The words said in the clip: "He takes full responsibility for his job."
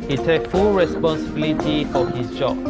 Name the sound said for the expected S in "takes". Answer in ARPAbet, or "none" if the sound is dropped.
none